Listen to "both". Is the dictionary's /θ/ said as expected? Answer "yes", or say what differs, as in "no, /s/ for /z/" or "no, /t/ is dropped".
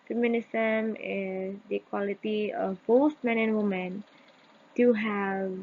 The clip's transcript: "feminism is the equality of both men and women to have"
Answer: no, /t/ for /θ/